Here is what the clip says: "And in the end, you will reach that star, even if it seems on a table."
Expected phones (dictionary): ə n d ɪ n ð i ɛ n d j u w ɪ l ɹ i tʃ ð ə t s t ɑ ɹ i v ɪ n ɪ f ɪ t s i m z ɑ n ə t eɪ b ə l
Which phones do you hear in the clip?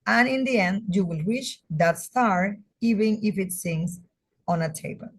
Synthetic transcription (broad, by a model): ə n ɪ n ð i ɛ n d j u w ɪ l w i ʃ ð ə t s t ɑ ɹ i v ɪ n ɪ f ɪ t s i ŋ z ɑ n ə t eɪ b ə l